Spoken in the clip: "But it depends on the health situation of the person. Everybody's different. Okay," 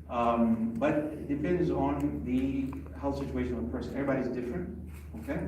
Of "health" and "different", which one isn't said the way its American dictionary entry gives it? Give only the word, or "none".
none